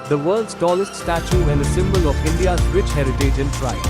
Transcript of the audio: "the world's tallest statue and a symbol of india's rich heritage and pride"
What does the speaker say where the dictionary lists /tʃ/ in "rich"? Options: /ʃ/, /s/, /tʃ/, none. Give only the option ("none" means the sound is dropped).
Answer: /tʃ/